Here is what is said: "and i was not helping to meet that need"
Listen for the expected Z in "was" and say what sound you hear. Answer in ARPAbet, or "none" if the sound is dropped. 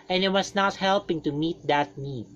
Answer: S